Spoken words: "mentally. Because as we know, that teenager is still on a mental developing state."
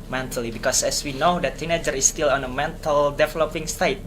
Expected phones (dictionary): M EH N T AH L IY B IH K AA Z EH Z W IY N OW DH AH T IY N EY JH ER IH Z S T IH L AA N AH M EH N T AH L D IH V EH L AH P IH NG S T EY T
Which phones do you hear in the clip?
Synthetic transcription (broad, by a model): M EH N T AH L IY B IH K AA S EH S W IY N OW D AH T IY N EY JH ER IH S T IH L AA N AH M EH N T AH L D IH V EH L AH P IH NG S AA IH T